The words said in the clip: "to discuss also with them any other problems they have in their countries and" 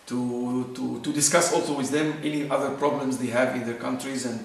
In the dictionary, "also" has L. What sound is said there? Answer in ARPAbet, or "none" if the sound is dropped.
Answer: L